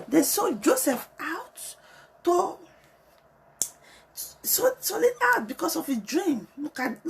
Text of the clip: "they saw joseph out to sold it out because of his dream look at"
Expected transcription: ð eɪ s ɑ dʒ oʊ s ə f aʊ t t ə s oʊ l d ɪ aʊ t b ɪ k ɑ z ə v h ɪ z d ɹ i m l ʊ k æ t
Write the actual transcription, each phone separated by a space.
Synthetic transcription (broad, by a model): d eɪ s ɑ dʒ oʊ s ə f aʊ t s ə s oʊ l ɪ aʊ t b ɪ k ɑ s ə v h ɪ d ɹ i m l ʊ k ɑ